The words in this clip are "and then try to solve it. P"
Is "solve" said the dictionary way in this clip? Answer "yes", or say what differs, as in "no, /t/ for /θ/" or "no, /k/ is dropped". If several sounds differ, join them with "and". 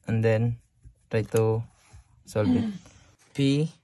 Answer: no, /b/ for /v/